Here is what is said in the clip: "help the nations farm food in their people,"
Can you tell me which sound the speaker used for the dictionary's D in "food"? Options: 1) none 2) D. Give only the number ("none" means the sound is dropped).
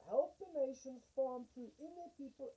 1